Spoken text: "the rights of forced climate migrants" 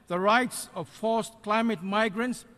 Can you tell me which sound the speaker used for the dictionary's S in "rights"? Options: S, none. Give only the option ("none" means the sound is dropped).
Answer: S